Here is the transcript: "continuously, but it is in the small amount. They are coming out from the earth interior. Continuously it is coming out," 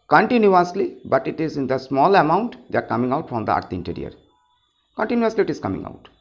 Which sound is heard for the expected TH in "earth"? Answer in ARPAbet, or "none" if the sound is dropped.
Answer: T